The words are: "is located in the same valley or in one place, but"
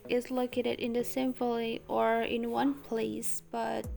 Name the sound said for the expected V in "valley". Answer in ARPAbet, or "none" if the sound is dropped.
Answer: F